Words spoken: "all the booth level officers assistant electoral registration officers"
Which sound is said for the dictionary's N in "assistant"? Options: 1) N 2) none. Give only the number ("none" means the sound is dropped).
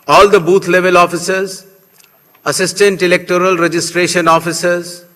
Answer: 1